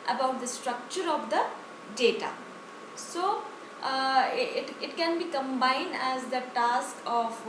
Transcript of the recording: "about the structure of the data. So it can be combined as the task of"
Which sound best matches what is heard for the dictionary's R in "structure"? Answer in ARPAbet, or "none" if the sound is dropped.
R